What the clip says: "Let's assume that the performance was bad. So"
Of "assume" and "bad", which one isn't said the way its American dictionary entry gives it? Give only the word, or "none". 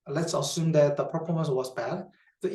none